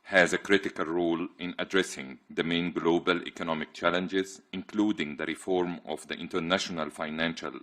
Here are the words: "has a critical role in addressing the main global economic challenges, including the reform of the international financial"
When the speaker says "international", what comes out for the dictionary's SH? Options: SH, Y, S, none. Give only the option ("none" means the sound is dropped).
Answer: SH